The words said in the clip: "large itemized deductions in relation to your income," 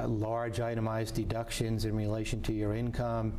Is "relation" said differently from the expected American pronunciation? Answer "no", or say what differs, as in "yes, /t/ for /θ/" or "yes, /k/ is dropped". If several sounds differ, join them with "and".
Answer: no